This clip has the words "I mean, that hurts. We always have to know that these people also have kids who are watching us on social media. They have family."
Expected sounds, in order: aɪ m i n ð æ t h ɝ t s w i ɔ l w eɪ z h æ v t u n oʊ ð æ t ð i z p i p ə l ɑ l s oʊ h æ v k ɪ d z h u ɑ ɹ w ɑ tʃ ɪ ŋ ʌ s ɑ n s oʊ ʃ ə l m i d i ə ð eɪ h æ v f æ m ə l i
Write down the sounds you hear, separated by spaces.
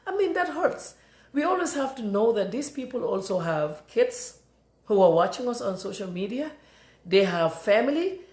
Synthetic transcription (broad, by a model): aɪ m i n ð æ t h ɝ t s w i ɔ l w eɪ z h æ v t u n oʊ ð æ t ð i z p i p ə l ɑ l s oʊ h æ v k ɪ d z h u ɑ ɹ w ɑ tʃ ɪ ŋ ʌ s ɑ n s oʊ ʃ ə l m i d i ə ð eɪ h æ v f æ m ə l i